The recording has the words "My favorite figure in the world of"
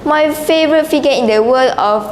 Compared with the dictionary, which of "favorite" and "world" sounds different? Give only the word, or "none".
world